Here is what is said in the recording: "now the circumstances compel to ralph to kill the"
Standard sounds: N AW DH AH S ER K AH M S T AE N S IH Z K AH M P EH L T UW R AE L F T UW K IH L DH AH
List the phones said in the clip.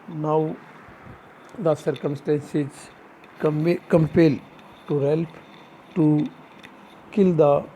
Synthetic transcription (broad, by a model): N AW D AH S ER K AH M S T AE N S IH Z K AH M P EH L T UW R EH L P T UW K IH L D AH